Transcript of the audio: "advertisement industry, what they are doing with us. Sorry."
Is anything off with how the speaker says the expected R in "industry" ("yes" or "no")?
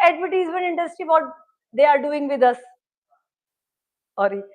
yes